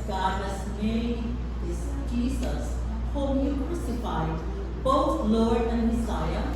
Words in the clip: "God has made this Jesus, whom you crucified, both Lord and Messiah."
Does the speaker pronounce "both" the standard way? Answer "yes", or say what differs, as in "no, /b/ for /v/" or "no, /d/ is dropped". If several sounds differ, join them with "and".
no, /t/ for /θ/